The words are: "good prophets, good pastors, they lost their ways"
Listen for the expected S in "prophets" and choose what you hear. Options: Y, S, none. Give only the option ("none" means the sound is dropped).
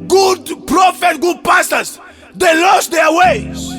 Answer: none